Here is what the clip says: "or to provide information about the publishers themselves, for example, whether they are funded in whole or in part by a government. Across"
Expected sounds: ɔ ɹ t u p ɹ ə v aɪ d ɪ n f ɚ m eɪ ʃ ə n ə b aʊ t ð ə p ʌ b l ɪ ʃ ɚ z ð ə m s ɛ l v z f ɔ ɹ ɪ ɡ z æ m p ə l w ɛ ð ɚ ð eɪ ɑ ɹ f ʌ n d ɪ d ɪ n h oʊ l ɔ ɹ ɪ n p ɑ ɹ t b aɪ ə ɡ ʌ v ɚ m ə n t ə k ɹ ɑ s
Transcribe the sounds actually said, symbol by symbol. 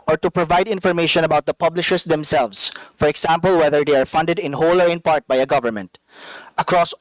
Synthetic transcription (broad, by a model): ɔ ɹ t u p ɹ ə v aɪ d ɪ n f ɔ m eɪ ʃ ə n ə b aʊ t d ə p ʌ b l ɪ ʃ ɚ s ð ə m s ɛ l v s f ɔ ɹ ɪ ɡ s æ m p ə l w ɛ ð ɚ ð eɪ ɑ ɹ f ʌ n d ɪ d ɪ n h oʊ l ɔ ɹ ɪ n p ɑ ɹ t b aɪ ə ɡ ʌ v ɚ m ə n t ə k ɹ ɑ s